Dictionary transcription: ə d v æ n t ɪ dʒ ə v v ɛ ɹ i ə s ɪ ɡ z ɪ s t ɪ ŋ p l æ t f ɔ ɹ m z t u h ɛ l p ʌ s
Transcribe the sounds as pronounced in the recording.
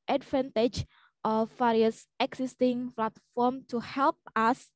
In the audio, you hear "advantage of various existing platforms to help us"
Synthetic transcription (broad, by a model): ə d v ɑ n t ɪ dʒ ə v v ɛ ɹ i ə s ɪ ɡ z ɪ s t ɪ ŋ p l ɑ t f ɔ m t u h ɛ l p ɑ s